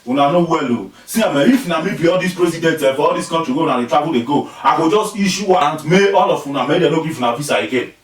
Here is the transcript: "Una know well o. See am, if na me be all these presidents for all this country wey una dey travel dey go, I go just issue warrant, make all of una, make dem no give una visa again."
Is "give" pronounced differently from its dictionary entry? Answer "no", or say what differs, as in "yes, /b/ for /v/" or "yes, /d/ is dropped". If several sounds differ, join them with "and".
yes, /f/ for /v/